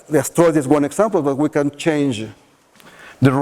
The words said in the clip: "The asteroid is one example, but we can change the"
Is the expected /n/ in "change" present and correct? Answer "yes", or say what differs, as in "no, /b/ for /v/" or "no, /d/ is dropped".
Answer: yes